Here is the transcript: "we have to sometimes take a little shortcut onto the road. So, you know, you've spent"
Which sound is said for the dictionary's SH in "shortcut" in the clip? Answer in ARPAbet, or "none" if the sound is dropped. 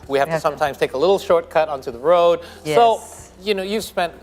SH